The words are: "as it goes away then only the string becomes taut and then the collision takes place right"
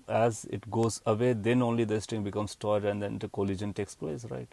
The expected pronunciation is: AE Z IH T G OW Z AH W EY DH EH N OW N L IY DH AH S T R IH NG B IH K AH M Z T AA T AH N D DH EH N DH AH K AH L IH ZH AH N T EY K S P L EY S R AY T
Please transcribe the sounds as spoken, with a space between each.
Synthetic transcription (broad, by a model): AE Z IH T G OW Z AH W EY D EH N OW N L IY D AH S T IH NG B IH K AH M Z T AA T AH N D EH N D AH K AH L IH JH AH N T EY K S P L EY S R AY T